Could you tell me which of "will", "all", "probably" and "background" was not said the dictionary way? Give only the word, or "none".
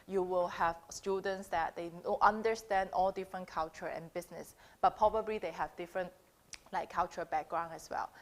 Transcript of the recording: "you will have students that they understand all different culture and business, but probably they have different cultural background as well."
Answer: background